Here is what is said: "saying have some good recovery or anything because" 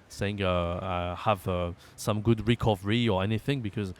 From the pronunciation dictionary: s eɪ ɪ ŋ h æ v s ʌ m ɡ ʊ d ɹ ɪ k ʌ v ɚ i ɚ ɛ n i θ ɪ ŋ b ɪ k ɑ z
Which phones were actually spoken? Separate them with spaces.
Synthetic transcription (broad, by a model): s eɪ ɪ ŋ h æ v s ʌ m ɡ ʊ d ɹ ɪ k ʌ v ɚ i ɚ ɛ n i θ ɪ ŋ b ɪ k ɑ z